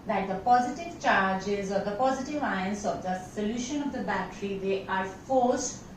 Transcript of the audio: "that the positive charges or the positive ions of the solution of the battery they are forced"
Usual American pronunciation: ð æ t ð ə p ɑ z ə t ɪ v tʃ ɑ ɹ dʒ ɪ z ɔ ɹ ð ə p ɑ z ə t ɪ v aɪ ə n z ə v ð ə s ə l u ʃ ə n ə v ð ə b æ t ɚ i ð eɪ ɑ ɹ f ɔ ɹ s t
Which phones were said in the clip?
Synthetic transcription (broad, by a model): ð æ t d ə p ɑ z ə t ɪ v tʃ ɑ ɹ dʒ ɪ z ɔ ɹ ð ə p ɑ z ə t ɪ v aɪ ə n s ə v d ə s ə l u ʃ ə n ə v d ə b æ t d i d eɪ ɑ ɹ f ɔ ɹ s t